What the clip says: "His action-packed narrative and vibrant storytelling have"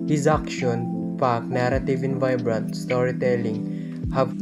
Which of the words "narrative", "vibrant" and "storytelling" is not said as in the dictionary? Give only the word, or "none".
none